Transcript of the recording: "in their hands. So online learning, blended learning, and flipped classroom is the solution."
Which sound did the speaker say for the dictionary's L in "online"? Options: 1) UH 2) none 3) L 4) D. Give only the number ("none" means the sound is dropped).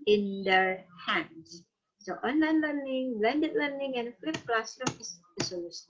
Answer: 3